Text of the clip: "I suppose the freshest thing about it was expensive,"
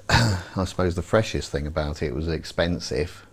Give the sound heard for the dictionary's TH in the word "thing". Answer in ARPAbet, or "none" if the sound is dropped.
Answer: TH